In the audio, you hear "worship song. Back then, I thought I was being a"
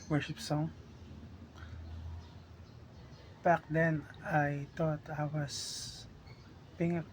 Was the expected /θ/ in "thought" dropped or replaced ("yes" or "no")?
yes